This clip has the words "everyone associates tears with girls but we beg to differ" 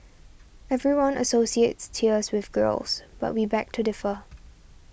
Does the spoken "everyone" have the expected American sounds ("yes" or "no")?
yes